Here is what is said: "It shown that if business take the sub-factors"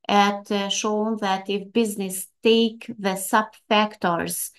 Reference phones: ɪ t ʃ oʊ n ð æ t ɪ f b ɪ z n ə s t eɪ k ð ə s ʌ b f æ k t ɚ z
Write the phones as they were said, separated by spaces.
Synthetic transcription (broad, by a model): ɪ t ʃ oʊ n ð æ t ɪ f b ɪ z n ə s t eɪ k ð ə s ʌ b f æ k t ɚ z